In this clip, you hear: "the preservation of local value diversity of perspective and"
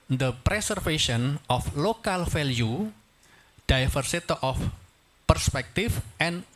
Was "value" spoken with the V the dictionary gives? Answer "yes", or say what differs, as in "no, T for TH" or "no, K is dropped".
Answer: no, F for V